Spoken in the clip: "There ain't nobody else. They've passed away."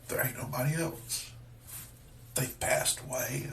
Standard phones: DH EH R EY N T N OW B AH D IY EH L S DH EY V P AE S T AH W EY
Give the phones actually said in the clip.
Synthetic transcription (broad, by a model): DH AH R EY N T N OW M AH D IY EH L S DH EY V P AE S T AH W EY